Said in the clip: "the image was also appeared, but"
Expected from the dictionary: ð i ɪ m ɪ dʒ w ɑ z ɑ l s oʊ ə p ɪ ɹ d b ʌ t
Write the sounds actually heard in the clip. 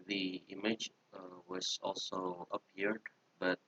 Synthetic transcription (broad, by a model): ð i ɪ m ɪ dʒ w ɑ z ɑ l s oʊ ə p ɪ ɹ d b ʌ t